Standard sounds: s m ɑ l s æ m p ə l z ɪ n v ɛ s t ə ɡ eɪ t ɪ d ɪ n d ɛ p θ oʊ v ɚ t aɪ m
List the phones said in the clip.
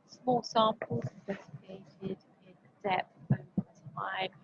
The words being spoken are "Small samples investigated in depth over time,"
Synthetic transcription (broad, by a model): s m ɑ l s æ m p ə l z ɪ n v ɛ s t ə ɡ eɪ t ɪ d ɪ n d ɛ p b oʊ ɚ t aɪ